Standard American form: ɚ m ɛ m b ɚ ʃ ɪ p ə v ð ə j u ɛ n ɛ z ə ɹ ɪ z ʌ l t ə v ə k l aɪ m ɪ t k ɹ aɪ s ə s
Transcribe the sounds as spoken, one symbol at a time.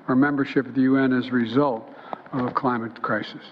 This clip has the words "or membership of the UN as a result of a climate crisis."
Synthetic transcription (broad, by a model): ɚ m ɛ m b ɚ ʃ ɪ p ə v ð ə j u ɛ n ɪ z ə ɹ ɪ z ʌ l t ə v ə k l aɪ m ɪ t k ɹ aɪ s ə s